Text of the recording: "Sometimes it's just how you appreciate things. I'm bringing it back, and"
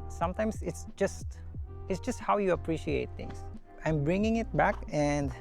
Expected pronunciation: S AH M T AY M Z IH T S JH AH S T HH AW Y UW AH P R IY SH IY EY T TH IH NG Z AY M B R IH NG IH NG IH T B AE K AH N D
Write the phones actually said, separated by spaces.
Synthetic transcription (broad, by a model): S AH M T AY M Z IH T S JH AH S T HH AW Y UW AH P R IY SH IY EY T T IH NG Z AY M B R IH NG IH NG IH T B AE K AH N D